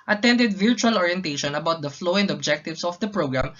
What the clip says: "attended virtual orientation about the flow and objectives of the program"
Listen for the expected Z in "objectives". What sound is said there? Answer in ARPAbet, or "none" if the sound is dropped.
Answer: S